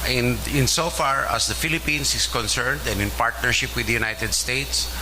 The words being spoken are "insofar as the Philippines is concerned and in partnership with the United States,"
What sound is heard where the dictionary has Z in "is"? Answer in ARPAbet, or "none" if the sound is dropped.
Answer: S